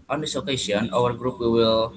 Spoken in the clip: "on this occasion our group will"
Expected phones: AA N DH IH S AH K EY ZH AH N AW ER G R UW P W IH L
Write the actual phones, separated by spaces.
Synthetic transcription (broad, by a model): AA N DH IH S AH K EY S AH N AW ER G R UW P W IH L